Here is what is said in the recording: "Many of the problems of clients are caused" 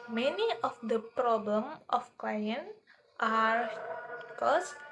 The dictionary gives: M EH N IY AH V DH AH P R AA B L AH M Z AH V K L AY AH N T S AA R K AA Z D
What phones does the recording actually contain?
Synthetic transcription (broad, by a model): M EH N IY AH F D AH P R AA B L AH M AH F K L AY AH N T AA R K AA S